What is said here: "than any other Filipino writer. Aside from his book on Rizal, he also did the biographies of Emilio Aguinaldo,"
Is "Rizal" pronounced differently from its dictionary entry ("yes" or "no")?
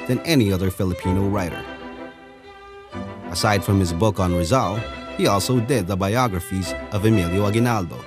no